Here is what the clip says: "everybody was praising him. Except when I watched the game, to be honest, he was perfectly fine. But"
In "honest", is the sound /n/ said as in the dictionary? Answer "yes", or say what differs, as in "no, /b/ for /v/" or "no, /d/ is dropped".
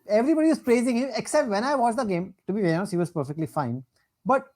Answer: no, /n/ is dropped